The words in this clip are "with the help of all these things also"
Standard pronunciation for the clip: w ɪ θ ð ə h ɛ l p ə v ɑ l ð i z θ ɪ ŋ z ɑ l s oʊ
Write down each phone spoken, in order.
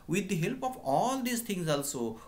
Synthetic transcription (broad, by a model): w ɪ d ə h ɛ l p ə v ɑ l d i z t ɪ ŋ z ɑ l s oʊ